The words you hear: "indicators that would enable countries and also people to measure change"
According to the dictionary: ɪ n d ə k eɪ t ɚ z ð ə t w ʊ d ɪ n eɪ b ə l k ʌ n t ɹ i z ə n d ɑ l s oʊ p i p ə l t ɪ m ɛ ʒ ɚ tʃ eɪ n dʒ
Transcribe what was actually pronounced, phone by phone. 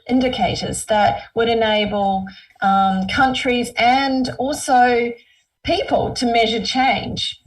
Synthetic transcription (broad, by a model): ɪ n d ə k eɪ t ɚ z ð ə t w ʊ d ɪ n eɪ b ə l k ʌ n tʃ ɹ i z ə n d ɑ l s oʊ p i p ə l t ɪ m ɛ ʒ ɚ tʃ eɪ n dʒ